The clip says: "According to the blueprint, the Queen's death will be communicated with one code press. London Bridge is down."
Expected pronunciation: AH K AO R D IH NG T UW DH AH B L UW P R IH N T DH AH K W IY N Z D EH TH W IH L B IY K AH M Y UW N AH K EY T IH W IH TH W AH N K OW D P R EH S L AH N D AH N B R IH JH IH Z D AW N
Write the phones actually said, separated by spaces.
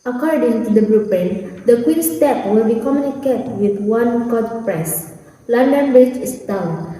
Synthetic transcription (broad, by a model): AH K AO R D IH NG T UW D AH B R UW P IH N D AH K W IY N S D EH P W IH L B IY K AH M Y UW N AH K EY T W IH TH W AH N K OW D P R EH S L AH N D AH N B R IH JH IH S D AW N